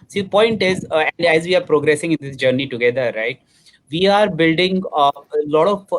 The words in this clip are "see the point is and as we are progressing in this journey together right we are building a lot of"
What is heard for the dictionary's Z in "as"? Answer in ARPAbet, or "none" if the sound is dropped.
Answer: Z